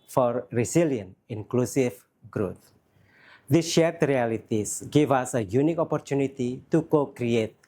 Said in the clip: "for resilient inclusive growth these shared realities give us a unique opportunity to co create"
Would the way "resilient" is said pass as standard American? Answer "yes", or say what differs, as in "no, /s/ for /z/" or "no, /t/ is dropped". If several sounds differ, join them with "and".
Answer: no, /t/ is dropped